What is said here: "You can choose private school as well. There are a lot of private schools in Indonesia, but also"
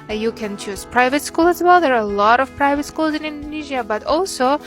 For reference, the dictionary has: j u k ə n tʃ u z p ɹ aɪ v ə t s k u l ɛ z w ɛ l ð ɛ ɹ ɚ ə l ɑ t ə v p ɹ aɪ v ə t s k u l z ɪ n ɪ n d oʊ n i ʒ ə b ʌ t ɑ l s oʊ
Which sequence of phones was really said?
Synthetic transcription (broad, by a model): j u k ə n tʃ u z p ɹ aɪ v ə t s k u l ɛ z w ɛ l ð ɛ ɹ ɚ ə l ɑ t ə v p ɹ aɪ v ə t s k u l z ɪ n ɪ n d oʊ n i ʒ ə b ʌ t ɑ l s oʊ